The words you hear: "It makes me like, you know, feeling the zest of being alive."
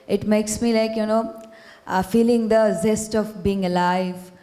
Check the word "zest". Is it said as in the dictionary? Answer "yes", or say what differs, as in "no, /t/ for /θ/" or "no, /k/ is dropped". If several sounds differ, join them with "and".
yes